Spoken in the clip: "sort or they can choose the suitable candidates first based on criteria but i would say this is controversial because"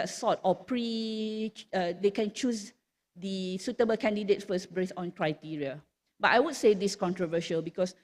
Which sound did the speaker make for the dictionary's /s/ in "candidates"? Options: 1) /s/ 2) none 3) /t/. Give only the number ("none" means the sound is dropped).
2